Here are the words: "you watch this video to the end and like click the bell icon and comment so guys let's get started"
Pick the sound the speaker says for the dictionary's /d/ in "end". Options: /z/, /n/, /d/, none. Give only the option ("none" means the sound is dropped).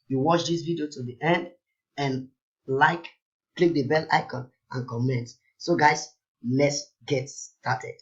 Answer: /d/